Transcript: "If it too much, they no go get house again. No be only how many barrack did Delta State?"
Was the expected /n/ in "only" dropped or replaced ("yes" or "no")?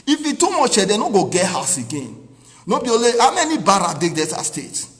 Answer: yes